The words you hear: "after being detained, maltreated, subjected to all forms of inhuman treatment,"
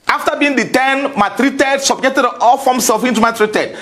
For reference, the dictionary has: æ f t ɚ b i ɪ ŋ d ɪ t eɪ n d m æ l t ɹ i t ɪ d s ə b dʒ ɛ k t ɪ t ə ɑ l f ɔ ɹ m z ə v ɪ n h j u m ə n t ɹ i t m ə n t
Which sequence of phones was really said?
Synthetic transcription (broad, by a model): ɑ f t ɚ b i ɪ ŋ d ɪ t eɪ n m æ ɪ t ɹ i t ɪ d s ə b dʒ ɛ k t ɪ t ɑ l f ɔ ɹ m s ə f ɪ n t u m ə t ɹ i t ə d